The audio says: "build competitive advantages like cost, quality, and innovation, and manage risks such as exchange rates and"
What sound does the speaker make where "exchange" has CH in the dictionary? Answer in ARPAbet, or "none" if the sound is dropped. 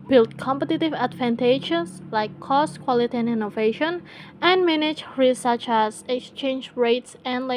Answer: CH